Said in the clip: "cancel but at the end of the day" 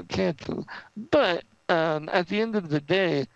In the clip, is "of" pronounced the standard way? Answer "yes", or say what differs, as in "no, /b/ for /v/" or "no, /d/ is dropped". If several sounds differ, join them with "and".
yes